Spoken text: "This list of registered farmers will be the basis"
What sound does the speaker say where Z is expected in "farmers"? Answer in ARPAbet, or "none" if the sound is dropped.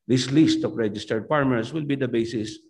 S